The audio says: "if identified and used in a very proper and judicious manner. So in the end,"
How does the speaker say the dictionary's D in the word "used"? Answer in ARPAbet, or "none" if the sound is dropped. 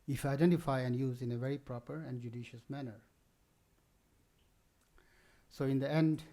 none